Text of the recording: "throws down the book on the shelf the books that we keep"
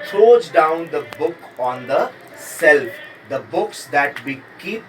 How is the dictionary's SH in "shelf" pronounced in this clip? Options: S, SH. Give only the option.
S